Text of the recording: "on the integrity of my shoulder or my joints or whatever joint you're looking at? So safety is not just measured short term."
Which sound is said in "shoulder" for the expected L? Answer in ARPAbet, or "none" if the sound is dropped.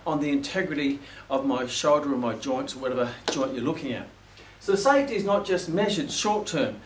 L